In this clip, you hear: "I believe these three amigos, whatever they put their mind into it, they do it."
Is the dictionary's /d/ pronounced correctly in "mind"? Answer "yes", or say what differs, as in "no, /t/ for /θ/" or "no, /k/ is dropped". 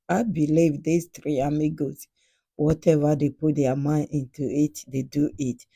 no, /d/ is dropped